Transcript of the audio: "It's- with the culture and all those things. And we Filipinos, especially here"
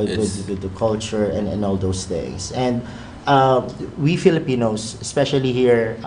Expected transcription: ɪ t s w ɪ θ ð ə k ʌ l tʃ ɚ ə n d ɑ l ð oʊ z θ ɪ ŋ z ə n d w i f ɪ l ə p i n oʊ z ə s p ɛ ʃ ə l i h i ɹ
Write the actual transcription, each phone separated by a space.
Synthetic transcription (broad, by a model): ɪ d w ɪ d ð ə k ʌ l tʃ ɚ ə n d ɑ l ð oʊ s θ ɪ ŋ s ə n d w i f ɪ l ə p i n oʊ s ə s p ɛ ʃ ə l i h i ɹ